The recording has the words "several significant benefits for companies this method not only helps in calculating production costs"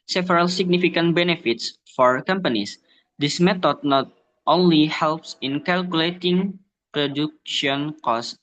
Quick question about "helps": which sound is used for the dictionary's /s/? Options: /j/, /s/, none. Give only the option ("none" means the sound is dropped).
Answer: /s/